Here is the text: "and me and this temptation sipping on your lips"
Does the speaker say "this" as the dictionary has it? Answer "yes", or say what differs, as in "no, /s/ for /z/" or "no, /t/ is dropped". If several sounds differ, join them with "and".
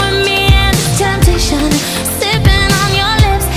no, /s/ is dropped